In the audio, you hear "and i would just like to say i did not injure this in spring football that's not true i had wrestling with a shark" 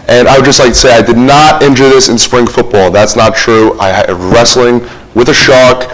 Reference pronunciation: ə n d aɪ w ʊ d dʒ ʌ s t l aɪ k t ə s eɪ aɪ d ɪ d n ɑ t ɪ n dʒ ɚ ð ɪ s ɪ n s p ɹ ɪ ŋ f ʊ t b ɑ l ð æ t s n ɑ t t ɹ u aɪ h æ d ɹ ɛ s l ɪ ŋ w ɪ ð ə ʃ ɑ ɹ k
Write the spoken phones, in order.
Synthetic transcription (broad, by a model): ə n aɪ w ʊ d dʒ ʌ s t l aɪ k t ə s eɪ aɪ d ɪ d n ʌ t ɪ n dʒ ɚ ð ɪ s ɪ n s p ɹ ɪ ŋ f ʊ t b ɑ l ð æ t s n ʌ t t ɹ u aɪ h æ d ɹ ɛ s l ɪ ŋ w ɪ ð ə ʃ ɑ k